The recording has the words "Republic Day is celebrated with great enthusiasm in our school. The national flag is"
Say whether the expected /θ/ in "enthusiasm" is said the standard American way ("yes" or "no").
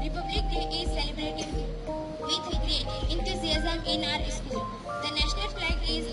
no